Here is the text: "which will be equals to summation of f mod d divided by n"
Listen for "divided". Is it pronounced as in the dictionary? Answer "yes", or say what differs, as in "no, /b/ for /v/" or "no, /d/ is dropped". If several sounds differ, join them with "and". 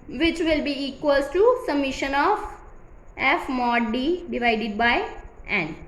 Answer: yes